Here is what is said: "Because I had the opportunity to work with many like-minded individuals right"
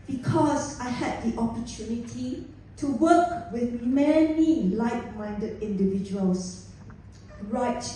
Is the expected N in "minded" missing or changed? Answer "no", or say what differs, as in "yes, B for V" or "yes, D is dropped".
no